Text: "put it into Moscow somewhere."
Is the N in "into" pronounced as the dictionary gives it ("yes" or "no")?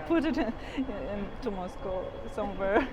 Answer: yes